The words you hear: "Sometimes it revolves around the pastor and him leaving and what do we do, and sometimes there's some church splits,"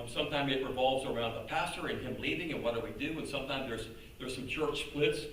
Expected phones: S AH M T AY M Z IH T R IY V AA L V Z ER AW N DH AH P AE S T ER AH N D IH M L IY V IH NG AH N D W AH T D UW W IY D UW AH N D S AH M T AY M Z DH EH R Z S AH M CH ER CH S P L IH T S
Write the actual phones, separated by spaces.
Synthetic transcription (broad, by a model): S AH M T AY M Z IH T R IY V AA L V Z ER AW N DH AH P AE S T ER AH N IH M L IY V IH NG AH N W AH T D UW W IY D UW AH N S AH M T AY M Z DH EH R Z S AH M CH ER CH S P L IH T S